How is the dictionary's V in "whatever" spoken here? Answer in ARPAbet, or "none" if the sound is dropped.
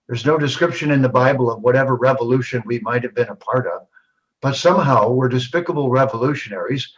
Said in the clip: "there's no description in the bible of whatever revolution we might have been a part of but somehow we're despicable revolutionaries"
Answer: V